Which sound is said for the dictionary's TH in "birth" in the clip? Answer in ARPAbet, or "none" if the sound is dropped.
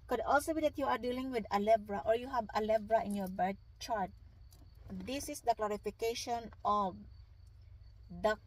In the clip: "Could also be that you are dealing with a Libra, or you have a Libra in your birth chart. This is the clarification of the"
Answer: T